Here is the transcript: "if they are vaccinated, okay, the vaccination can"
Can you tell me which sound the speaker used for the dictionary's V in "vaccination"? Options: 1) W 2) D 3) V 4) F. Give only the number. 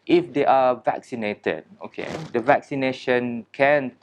3